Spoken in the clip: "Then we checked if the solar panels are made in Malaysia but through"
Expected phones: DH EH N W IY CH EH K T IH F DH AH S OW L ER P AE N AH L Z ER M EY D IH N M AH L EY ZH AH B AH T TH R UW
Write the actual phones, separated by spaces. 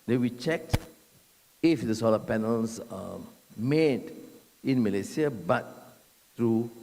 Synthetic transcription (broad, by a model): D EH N W IY CH EH K T IH F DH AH S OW L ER P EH N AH L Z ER M EY D IH N M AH L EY S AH B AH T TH R UW